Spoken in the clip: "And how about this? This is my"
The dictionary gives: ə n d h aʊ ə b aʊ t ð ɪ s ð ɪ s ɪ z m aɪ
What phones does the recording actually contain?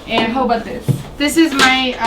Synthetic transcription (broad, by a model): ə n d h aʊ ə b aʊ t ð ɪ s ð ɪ s ɪ z m aɪ